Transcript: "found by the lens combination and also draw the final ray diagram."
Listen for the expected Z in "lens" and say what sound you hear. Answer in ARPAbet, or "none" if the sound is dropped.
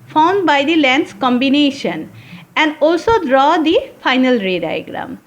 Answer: S